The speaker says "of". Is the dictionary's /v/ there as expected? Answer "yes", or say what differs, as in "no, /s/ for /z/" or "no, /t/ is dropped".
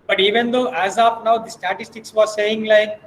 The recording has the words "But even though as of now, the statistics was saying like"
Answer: no, /p/ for /v/